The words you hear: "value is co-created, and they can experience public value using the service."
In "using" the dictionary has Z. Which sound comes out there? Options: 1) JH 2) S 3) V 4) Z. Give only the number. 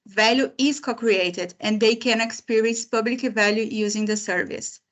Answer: 4